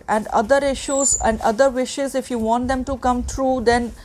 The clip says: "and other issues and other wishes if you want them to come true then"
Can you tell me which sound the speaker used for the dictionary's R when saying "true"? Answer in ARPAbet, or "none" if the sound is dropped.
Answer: R